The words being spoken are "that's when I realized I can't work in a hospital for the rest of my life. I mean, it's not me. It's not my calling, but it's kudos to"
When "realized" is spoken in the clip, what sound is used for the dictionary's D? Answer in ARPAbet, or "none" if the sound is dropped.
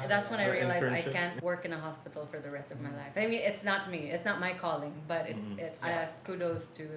none